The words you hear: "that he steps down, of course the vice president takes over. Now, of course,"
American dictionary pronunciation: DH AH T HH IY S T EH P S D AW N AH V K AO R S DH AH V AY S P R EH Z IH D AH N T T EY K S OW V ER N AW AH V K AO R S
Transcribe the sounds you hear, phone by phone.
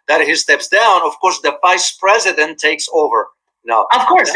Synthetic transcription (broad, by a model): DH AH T HH IY S T EH P S D AW N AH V K AO R S DH AH V AY S P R EH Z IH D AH N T T EY K S OW V ER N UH AH V K AO R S